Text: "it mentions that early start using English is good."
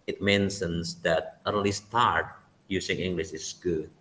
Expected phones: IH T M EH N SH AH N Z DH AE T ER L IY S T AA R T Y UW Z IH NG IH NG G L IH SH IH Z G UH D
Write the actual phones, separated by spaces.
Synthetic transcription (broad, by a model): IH T M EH N S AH N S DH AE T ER L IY S T AA R T Y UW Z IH NG IH NG G L IH SH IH S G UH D